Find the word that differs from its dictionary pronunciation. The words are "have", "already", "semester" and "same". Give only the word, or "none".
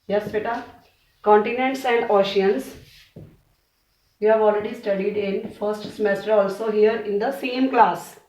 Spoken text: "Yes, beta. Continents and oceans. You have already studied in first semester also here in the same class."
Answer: none